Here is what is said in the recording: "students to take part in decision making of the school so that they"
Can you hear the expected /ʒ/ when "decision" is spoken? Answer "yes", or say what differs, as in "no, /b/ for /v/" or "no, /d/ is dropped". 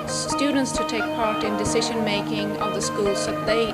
yes